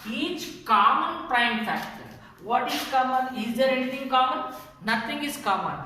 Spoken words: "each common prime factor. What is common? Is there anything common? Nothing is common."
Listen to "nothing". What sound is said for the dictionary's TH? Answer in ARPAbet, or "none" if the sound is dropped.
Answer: T